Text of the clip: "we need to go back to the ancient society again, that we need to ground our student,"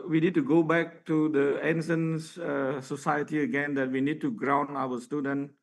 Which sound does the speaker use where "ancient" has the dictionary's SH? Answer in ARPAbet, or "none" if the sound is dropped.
S